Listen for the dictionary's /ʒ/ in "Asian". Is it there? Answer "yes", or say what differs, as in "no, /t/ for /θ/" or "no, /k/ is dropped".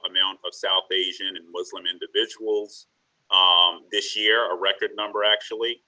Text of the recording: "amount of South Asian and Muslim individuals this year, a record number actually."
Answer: yes